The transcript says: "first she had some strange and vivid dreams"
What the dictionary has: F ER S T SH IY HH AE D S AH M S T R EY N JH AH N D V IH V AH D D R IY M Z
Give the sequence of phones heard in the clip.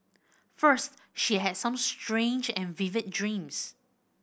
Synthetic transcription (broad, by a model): F ER S T SH IY HH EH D S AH M S T R EY N JH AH N V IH V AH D D R IY M S